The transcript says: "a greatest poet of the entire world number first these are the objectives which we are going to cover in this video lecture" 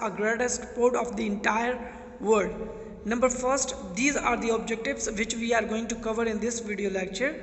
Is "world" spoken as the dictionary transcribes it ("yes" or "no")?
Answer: no